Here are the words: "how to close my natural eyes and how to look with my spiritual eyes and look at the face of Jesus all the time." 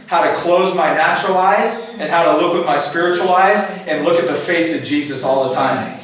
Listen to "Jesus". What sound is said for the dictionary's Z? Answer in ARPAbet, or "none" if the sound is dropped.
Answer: Z